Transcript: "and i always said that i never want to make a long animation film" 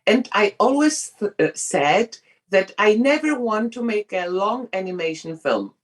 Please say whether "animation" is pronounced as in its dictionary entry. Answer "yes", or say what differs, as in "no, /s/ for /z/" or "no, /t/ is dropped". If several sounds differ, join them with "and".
yes